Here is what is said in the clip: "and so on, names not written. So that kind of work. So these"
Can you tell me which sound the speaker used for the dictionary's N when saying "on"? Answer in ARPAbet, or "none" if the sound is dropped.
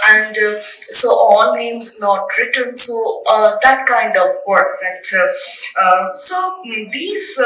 L